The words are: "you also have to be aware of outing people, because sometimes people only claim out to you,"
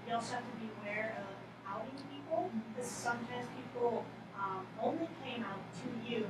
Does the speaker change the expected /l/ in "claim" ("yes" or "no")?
yes